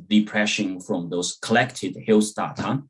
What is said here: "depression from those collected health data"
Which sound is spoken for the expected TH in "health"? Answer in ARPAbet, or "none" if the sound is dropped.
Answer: S